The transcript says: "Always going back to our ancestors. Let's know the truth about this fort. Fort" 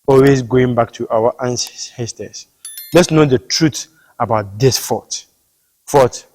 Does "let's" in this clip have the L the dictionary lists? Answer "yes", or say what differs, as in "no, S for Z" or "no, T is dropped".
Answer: yes